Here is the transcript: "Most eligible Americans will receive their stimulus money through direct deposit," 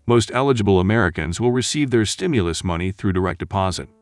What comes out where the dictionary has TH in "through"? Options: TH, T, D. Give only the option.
TH